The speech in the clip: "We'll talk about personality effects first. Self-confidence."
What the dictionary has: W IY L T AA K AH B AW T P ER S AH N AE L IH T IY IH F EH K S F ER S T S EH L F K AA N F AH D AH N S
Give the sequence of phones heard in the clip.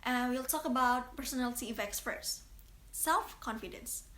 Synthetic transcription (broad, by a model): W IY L T AA K AH B AW T P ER S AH N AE L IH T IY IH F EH K S P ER T S EH L F K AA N F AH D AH N S